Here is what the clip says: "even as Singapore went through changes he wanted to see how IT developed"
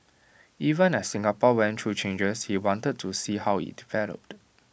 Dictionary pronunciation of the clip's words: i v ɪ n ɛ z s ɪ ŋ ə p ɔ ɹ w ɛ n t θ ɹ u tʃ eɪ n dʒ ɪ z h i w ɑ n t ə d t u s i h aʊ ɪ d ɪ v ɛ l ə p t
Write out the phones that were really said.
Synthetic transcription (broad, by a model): i v ɪ n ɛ s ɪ ŋ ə p ɔ w ɛ n t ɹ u tʃ eɪ n dʒ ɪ s h i w ɑ n t ə d t u s i h aʊ ɪ d ɪ v ɛ l ə p t